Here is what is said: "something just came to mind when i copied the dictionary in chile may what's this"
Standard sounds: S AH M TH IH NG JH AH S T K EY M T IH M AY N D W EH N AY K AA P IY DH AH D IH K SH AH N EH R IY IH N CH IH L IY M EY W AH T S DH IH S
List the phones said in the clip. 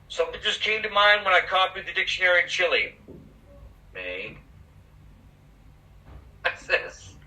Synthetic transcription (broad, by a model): S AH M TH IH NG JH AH S K EY M T IH M AY N D W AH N AY K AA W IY DH AH D IH K SH AH N EH R IY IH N CH IH L IY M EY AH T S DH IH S